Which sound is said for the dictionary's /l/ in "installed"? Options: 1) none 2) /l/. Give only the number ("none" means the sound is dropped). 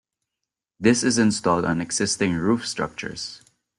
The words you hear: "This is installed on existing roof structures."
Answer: 2